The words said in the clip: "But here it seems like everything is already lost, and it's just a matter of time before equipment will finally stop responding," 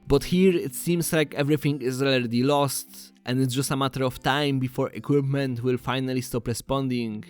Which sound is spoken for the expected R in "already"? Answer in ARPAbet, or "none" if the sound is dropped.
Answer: none